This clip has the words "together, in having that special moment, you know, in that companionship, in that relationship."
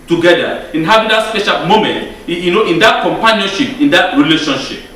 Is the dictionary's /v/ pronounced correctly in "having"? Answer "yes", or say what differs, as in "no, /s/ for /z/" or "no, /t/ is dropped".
no, /b/ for /v/